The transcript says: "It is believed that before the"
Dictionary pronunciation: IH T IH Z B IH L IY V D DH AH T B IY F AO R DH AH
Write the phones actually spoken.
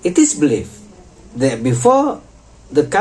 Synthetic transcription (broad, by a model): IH T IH S B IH L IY F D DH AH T B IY F AO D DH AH